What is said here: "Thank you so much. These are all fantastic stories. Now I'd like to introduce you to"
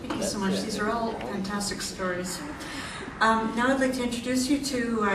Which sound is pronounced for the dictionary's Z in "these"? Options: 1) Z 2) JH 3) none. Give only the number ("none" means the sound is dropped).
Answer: 1